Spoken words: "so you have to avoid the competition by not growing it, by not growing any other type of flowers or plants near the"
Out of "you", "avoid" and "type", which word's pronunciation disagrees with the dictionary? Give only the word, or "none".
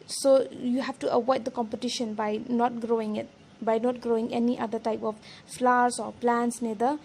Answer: avoid